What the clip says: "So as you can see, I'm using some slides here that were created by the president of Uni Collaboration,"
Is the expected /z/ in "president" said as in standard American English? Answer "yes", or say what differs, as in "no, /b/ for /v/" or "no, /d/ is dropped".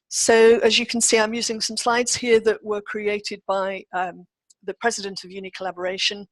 yes